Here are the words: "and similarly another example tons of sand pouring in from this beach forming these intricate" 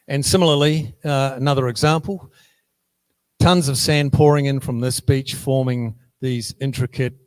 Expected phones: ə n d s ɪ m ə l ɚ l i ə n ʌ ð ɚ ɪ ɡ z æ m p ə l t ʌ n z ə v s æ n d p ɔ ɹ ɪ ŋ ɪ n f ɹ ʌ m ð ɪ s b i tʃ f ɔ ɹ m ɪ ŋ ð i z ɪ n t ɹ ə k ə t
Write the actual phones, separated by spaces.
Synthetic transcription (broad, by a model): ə n s ɪ m l ɚ l i ə n ʌ ð ɚ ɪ ɡ z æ m p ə l t ʌ n z ə v s æ n p ɔ ɹ ɪ ŋ ɪ n f ɹ ʌ m ð ɪ s b i tʃ f ɔ ɹ m ɪ ŋ ð i z ɪ n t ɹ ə k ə t